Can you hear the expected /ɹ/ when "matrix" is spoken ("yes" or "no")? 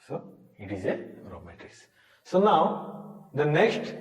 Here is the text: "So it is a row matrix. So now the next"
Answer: no